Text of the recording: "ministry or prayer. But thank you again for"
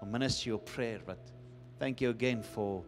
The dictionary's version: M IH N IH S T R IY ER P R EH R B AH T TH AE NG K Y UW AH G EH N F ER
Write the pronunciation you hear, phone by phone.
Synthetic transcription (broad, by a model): M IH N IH S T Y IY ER P R EH R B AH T TH AE NG K Y UW AH G EH N F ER